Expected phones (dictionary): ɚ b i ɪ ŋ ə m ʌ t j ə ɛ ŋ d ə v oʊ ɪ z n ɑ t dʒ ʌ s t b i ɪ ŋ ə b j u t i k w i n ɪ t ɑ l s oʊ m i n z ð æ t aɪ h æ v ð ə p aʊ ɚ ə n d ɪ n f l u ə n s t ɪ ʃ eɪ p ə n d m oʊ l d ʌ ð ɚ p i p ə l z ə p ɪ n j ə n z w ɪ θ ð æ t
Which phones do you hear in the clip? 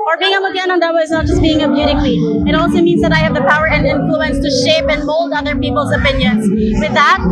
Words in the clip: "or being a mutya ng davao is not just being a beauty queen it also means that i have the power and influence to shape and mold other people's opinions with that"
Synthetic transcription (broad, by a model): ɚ b i ɪ ŋ ə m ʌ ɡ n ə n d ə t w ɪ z n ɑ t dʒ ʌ s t b i ɪ ŋ ə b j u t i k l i ɪ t ɑ l s oʊ m i n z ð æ t aɪ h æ v ð ə p aʊ ɚ ə n d ɪ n f l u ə n s t ɪ ʃ eɪ p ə n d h oʊ l d ʌ ð ɚ p i p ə l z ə p ɪ n j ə n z w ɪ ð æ t